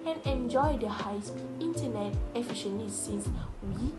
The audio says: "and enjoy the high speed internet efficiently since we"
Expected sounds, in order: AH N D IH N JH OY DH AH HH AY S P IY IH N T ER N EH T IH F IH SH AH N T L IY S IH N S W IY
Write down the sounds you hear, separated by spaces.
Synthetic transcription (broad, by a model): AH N IH N JH OY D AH HH AY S IY N T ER N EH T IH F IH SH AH N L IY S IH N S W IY